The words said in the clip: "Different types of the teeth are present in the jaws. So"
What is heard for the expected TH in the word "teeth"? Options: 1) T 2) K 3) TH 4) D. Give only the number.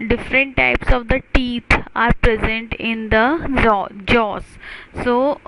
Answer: 1